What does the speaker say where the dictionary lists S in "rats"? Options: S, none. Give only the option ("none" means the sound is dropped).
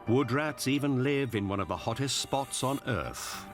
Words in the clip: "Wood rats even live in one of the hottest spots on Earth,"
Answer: S